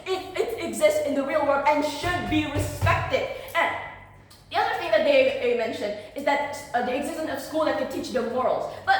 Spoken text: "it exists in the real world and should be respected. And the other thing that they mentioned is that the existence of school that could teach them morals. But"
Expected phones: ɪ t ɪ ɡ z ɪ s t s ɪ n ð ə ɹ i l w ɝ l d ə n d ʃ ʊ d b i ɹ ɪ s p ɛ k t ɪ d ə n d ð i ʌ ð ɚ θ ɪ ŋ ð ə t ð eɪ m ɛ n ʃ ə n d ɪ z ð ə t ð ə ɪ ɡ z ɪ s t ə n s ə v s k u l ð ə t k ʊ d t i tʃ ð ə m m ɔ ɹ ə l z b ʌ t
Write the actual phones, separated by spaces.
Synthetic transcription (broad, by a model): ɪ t ɪ ɡ z ɪ s t s ɪ n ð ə ɹ i l w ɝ d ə n ʃ ʊ d b i ɹ ɪ s p ɛ k t ɪ d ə n ð i ʌ ð ɚ θ ɪ ŋ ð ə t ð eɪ m ɛ n ʃ ə n d ɪ z ð ə t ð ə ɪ ɡ z ɪ s t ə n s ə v s k u l ð ə t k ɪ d t i tʃ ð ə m m ɔ ɹ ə l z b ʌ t